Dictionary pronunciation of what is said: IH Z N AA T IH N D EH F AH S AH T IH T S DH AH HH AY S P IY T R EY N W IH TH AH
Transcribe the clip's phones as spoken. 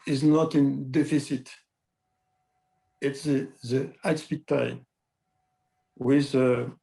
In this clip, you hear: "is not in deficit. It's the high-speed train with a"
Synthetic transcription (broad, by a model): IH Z N AA T IH N D EH F AH S AH T IH T S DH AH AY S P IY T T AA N W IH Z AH